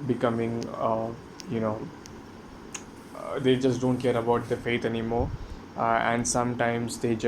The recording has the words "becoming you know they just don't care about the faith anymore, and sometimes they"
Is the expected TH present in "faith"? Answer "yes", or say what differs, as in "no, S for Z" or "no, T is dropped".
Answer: no, T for TH